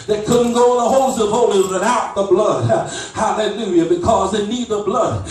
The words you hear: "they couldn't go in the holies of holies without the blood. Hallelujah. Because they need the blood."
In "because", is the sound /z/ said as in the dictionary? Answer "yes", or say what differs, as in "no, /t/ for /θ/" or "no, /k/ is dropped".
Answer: yes